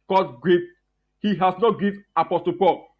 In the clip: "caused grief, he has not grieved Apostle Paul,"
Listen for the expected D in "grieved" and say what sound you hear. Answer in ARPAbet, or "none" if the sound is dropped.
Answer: none